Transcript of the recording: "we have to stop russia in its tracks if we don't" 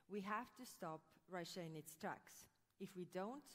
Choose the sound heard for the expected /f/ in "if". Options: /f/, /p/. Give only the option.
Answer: /f/